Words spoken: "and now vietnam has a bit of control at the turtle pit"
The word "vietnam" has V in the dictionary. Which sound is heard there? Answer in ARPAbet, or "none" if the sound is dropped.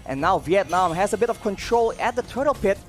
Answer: V